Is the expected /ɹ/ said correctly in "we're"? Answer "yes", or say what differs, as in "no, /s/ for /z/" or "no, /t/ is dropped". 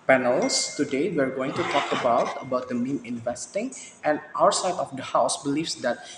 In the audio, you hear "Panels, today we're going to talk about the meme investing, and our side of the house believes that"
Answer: yes